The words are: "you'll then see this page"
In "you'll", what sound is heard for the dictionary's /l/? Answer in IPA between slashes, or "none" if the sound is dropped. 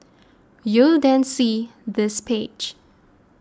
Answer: /l/